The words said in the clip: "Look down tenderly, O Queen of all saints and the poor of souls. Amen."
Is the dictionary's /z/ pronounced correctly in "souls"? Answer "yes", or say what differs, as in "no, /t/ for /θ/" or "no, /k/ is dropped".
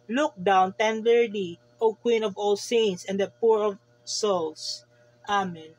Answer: no, /s/ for /z/